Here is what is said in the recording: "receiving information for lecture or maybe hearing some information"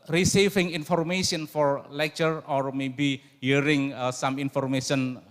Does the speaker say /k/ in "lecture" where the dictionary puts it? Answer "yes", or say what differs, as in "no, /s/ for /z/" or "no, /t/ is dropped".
yes